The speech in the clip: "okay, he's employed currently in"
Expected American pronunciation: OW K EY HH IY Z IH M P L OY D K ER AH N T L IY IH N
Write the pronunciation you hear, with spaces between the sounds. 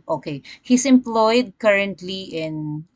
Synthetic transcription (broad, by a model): OW K EY HH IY S IH M P L OY D K ER AH N T L IY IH N